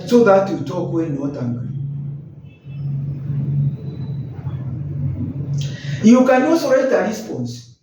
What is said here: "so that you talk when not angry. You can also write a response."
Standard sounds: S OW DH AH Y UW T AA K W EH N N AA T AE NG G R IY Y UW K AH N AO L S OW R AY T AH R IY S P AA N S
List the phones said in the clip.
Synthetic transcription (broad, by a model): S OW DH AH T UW T AA K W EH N N AA T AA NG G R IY Y UW K AH N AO S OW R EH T AH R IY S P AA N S